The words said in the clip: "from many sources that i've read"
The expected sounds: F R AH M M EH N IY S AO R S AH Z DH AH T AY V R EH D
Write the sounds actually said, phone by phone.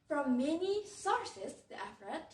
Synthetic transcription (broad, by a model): F R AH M M EH N IY S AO R S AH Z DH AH T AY F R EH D